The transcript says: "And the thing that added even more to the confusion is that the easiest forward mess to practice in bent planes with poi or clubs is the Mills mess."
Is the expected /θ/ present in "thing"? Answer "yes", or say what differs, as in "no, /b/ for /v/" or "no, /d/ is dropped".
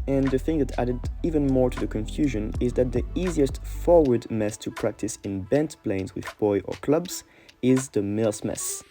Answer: yes